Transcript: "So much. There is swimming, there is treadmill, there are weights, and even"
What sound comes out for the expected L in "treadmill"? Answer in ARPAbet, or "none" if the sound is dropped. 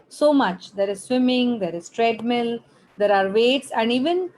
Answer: L